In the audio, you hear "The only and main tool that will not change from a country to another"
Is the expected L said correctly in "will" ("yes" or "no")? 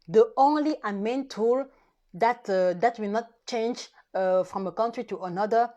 no